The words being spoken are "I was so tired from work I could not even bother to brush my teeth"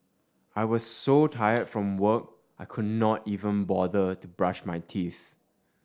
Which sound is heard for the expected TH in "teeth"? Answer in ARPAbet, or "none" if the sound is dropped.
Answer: TH